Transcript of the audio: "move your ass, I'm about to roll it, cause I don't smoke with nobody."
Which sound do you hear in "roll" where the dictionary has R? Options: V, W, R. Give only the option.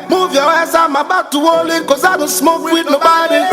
W